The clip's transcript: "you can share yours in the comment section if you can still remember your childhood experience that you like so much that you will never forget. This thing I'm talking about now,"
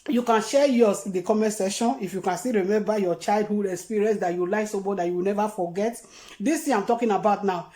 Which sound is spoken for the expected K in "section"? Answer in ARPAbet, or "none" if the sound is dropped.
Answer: none